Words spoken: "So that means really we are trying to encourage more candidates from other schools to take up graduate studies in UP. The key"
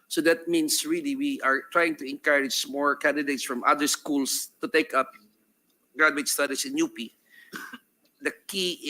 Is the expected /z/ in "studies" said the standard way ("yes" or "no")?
no